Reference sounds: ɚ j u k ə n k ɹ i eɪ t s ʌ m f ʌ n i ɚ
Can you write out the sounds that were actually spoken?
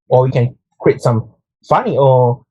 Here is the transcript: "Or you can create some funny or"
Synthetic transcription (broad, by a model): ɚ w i k ə n k w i t s ʌ m f ʌ n i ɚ